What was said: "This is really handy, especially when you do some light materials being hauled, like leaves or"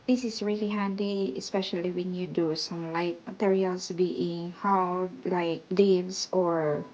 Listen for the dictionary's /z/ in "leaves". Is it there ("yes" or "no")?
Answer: no